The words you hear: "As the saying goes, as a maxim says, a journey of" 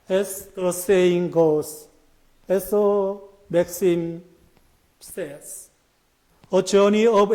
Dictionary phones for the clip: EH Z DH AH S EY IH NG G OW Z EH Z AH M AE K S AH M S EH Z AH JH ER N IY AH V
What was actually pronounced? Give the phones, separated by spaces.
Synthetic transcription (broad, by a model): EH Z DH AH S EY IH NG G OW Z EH S AH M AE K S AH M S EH S AH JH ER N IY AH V